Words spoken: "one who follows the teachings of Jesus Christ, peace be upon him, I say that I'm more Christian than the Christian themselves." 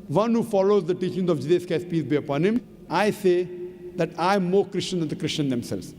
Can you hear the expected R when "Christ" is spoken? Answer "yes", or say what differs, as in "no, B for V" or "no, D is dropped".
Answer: no, R is dropped